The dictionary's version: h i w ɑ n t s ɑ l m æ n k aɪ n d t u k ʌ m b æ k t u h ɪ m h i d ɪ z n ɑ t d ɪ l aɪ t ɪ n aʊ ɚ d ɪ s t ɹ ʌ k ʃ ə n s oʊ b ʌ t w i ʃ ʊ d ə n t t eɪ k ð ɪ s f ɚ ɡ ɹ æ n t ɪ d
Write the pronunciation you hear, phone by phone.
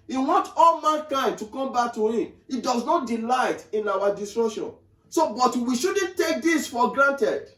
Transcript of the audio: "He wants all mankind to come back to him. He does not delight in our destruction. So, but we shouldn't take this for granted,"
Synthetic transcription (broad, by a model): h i w ɑ n t ɑ l m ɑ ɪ k aɪ n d t u k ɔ m b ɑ k t u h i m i d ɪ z n ɑ t d ɪ l aɪ t ɪ n aʊ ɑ d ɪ s t ɹ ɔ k ʃ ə n s oʊ b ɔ t w i ʃ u d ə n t t eɪ k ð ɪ s f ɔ ɡ ɹ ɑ n t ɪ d